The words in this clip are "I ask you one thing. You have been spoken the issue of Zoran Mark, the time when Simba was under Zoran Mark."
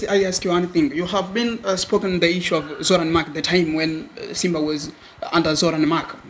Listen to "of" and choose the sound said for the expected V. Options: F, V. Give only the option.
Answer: V